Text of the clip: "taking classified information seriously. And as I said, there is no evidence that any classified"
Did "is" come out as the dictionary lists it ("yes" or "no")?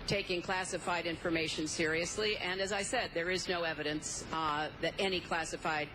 yes